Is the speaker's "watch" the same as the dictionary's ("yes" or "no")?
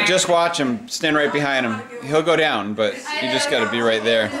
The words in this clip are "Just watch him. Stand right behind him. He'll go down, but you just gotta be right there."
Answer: yes